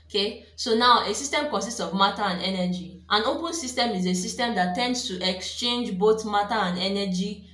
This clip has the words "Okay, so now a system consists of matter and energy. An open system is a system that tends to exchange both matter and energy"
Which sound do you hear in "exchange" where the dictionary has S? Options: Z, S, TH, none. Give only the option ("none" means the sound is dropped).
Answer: S